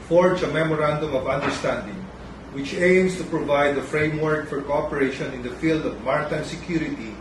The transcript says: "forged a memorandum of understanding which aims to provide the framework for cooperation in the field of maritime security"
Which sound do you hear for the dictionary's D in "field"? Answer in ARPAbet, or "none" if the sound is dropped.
D